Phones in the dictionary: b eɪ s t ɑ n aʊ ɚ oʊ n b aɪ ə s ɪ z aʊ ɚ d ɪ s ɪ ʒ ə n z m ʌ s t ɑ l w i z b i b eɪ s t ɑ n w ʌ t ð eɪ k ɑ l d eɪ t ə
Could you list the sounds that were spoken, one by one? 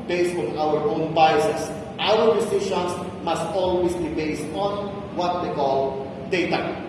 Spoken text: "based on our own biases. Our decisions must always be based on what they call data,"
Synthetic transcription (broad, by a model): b eɪ s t ɑ n aʊ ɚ oʊ n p aɪ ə s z aʊ ɚ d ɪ s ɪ ʃ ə n s m ʌ s t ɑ l w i s b i b eɪ s t ɑ n w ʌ t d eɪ k ɑ l d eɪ t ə